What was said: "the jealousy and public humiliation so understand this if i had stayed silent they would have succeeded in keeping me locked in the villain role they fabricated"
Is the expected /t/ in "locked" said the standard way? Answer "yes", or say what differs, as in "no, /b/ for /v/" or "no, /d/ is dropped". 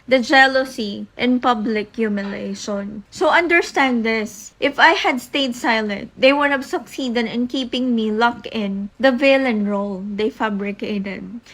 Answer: no, /t/ is dropped